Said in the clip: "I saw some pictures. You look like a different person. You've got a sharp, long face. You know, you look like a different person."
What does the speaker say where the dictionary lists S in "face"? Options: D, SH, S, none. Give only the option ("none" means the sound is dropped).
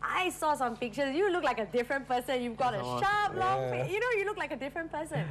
none